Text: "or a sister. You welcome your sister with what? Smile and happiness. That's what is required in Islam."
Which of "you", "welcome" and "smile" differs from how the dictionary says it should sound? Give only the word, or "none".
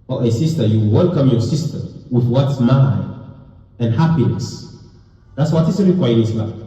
smile